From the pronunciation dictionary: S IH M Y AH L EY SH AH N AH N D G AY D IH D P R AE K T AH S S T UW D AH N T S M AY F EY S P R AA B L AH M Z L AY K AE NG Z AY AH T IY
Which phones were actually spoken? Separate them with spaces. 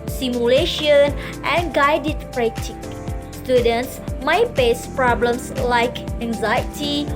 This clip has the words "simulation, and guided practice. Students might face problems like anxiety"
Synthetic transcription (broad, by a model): S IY M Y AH L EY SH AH N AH N G AY D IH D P R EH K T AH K S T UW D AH N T S M AY P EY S P R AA B L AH M S L AY K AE NG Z AY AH T IY